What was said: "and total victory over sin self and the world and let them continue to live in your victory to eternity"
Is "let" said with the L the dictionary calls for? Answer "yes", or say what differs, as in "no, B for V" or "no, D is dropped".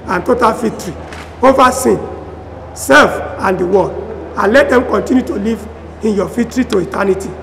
yes